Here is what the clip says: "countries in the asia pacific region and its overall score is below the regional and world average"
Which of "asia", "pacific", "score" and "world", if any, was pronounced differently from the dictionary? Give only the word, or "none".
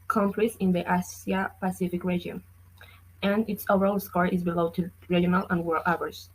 asia